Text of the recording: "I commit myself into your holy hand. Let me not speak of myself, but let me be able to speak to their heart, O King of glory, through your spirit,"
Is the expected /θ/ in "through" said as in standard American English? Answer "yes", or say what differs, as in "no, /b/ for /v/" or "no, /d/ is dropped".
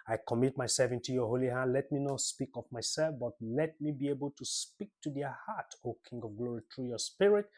no, /t/ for /θ/